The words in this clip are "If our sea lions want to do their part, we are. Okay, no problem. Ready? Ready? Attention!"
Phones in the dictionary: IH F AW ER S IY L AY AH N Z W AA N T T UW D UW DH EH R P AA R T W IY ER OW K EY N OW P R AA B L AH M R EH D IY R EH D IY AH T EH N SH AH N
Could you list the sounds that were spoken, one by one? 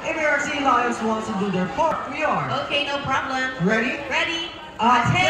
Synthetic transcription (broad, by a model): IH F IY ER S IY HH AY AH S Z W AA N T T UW D UW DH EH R F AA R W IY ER OW K EY N OW P R AA B L AH M R EH D IY R EH D IY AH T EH